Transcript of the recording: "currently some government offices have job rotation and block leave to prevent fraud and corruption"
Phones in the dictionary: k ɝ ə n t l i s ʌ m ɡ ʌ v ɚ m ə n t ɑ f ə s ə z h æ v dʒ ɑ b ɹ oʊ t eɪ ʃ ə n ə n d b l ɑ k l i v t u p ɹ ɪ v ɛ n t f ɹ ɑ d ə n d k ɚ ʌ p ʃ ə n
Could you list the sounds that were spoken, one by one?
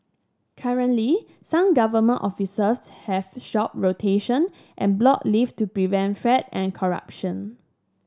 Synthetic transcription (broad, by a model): k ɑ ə n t l i s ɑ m ɡ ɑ v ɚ m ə n t ɑ f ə s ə s h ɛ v ʃ ɑ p ɹ oʊ t eɪ ʃ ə n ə n b l ɑ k l i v t u p ɹ ɪ v ɛ n t f ɹ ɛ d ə n k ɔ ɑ p ʃ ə n